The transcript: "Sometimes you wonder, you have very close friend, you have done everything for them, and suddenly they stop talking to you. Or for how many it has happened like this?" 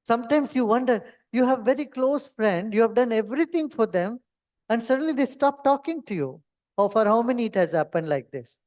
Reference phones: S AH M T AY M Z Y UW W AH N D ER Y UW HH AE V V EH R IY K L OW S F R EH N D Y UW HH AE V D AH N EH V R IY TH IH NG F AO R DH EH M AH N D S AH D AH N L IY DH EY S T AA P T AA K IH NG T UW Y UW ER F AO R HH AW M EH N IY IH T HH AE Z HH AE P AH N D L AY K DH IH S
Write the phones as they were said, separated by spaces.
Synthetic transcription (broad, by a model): S AH M T AY M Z Y UW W AH N D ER Y UW HH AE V V EH R IY K L OW S F R EH N D Y UW HH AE V D AH N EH V R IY T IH NG F AO R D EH M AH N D S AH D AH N L IY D EY S T AA P T AA K IH NG T UW Y UW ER F AO R HH AW M EH N IY IH T HH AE Z HH AE P AH N D L AY K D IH S